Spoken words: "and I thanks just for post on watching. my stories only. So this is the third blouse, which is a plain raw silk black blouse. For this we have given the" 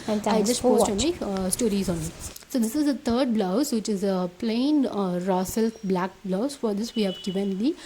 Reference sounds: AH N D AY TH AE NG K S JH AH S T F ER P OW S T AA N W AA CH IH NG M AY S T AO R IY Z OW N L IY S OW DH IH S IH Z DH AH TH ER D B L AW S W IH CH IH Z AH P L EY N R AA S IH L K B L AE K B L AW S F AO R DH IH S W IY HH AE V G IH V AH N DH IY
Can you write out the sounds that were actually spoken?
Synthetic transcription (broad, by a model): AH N AY JH AH S T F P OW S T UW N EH IH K S T AO R IY Z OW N IY S OW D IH S IH Z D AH T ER D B L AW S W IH CH IH Z AH P L EY N R AA S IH L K B L AE K B L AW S F AO R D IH S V IY HH AE V G IH V AH N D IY